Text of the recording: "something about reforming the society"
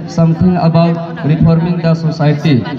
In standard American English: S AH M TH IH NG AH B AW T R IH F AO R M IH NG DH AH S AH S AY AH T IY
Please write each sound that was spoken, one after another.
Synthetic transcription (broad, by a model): S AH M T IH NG AH B AW T R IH P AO R M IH NG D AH S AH S AY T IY